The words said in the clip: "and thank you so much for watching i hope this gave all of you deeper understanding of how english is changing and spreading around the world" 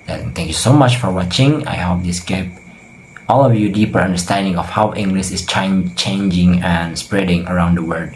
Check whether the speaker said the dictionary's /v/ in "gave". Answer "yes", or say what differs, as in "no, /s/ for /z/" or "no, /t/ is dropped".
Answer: no, /p/ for /v/